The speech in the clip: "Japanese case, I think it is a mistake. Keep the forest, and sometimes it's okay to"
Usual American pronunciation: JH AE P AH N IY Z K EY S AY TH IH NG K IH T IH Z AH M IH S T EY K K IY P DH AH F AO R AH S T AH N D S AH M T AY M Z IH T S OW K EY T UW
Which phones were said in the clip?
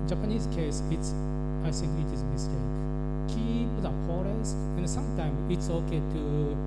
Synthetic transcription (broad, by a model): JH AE P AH N IY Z K EY S AY S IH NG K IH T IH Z AH M IH S T EY K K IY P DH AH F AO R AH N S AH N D S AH M T AY M IH T S OW K EY T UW